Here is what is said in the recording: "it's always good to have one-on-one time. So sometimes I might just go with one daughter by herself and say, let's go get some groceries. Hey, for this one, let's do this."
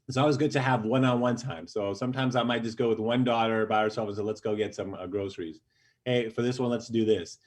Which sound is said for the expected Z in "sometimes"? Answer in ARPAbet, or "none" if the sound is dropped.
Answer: Z